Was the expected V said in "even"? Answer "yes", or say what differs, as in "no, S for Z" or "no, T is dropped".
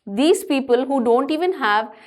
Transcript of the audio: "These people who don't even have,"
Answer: yes